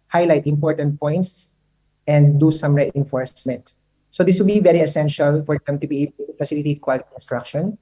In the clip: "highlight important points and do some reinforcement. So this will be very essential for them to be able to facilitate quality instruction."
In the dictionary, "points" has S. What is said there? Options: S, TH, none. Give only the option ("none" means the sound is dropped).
S